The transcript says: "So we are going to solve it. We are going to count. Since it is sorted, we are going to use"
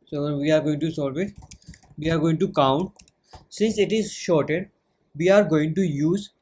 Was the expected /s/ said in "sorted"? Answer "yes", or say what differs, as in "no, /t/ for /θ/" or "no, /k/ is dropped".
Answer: no, /ʃ/ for /s/